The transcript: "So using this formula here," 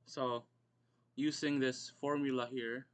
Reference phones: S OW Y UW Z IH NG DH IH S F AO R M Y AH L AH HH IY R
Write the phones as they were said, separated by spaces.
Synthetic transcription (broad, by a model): S OW Y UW S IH NG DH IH S F AO R M Y AH L AH HH IY R